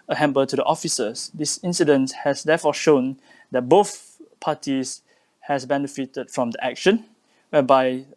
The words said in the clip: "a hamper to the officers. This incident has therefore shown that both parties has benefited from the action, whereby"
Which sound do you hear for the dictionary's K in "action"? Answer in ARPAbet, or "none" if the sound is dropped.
K